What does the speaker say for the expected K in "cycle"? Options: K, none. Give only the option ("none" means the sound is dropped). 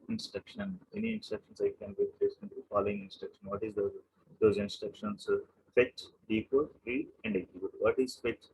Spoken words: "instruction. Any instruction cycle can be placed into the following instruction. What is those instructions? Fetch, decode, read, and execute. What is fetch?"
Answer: none